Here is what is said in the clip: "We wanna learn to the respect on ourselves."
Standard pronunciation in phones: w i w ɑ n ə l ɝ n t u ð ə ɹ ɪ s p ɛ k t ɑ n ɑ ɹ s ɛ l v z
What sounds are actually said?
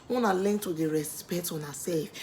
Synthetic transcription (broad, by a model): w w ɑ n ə l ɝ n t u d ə ɹ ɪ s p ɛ t ɑ n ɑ s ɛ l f